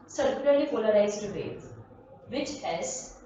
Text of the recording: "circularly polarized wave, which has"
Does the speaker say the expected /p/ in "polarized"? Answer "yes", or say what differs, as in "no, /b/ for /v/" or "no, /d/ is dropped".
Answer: no, /f/ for /p/